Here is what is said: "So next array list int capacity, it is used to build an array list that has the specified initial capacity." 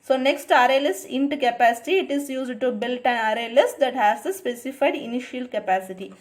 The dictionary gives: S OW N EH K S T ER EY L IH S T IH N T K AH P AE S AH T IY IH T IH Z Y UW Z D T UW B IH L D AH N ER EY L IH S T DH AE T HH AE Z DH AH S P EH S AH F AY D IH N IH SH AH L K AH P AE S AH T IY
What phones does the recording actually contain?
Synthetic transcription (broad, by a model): S OW N EH K S T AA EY L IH S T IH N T K AH P AE S AH T IY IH T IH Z Y UW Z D T UW B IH L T AH N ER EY L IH S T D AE T HH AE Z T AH S P EH S AH F AY D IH N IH SH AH L K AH P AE S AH T IY